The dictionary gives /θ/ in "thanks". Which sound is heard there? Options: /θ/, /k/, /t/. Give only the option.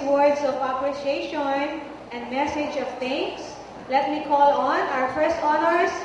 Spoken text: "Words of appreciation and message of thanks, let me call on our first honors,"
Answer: /t/